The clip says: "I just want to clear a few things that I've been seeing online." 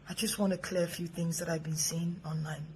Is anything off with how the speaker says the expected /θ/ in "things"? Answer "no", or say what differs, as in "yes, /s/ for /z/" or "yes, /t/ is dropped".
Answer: no